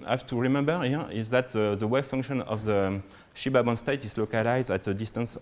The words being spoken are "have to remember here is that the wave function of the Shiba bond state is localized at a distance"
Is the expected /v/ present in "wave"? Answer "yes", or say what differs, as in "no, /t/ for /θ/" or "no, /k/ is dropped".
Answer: no, /w/ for /v/